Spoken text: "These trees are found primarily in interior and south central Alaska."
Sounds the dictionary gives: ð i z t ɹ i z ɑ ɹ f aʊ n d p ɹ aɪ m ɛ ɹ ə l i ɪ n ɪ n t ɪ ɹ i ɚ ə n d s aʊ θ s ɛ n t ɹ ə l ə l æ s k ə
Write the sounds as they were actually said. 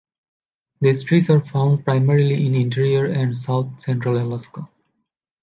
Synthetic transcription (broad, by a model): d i s t ɹ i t ɑ ɹ f aʊ n d p ɹ aɪ m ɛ ɹ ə l i ɪ n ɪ n t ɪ ɹ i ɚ ə n d s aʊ t s ɛ n t ɹ ə l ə l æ s k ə